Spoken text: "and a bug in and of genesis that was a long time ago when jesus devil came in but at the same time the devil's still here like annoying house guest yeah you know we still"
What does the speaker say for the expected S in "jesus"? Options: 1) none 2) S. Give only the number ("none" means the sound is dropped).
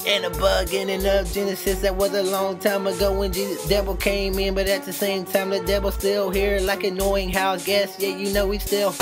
1